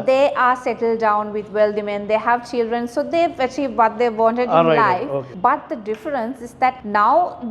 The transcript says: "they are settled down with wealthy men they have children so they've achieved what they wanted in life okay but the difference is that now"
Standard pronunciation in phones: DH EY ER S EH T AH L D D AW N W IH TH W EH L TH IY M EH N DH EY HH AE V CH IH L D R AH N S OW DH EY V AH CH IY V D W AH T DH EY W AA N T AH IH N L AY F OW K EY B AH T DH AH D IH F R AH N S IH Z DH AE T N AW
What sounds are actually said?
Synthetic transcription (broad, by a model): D EY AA S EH T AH L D D AW N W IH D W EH L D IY M EH N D EY HH AE V CH IH L D R AH N S OW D EY AH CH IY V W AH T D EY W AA N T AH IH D L AY F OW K B AH T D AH D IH F R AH N S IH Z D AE T N AW